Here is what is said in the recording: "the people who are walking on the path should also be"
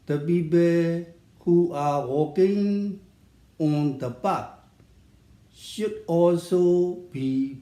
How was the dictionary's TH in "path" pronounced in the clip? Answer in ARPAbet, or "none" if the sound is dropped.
T